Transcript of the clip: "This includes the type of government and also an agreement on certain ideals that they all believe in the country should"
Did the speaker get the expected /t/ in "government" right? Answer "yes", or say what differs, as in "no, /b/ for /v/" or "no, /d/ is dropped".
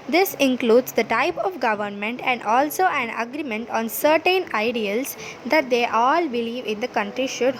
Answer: yes